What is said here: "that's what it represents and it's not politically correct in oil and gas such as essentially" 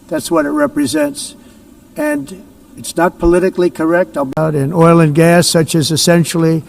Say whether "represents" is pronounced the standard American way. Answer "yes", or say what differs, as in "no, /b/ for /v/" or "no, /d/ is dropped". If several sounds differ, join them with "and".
yes